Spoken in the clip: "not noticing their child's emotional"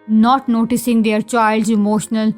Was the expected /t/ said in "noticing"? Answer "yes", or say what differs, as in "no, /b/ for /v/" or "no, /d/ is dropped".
yes